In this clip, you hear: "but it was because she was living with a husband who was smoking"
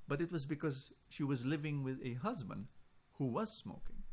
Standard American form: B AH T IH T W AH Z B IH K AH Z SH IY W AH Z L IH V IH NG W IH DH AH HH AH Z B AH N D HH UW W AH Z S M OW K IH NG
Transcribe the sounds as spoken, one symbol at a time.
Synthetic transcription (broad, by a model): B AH T IH T W AH Z B IH K AH Z SH IY W AH Z L IH V IH NG W IH DH AH HH AH Z B AH N D HH UW W AH Z S M OW K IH NG